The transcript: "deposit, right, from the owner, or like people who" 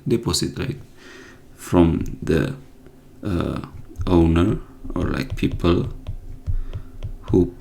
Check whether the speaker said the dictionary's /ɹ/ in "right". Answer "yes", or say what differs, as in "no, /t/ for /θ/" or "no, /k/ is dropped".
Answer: no, /l/ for /ɹ/